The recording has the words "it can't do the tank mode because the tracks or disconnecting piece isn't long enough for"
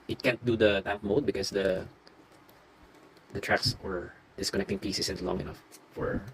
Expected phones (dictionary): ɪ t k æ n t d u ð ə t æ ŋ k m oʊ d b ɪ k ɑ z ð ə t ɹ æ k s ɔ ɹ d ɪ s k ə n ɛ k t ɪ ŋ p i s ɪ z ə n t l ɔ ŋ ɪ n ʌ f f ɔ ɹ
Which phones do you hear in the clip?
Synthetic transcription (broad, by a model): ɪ t k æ n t d u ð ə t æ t m oʊ d b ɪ k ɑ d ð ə t ɹ æ k s ɔ ɹ d ɪ s k ə n ɛ k t ɪ ŋ p i s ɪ s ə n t l ɔ ŋ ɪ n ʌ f f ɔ ɹ